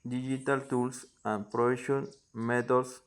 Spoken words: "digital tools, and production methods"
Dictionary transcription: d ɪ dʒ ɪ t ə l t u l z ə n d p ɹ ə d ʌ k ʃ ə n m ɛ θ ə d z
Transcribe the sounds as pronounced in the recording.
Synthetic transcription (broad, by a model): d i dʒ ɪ t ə l t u l s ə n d p ɹ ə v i ʃ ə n m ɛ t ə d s